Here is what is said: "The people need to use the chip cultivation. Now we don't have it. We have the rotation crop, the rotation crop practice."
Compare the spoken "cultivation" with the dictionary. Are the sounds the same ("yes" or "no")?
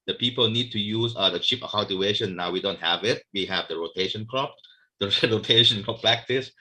no